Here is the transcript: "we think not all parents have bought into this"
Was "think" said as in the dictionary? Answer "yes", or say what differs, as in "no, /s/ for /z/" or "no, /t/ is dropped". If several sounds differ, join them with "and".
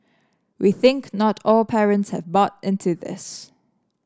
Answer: yes